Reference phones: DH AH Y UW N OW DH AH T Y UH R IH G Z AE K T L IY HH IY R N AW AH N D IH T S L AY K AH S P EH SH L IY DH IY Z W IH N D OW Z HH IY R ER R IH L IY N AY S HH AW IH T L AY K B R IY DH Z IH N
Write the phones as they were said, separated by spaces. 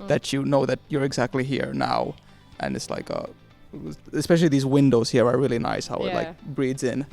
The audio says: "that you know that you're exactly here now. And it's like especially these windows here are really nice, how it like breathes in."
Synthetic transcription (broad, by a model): DH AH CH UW N OW DH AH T Y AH R IH G Z AE K T L IY HH IY R N AW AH N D IH T S L AY K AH S P EH SH L IY DH IY Z W IH N D OW Z HH IY R ER R IH L IY N AY S HH AW IH T L AY K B R IY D Z IH N